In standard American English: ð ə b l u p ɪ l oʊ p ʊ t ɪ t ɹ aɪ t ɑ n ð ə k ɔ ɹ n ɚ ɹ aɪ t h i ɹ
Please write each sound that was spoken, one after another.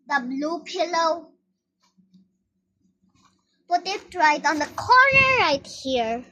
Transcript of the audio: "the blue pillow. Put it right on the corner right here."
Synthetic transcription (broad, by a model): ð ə b l u p ɪ l oʊ p ʊ t ɪ t ɹ aɪ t ɑ n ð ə k ɔ ɹ n ɚ ɹ aɪ t h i ɹ